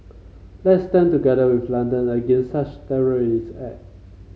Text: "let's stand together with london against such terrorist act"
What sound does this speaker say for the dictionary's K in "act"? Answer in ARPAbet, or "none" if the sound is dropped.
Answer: none